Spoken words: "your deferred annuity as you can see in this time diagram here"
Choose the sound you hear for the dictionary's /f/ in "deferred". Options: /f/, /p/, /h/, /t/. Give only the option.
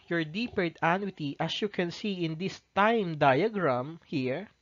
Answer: /p/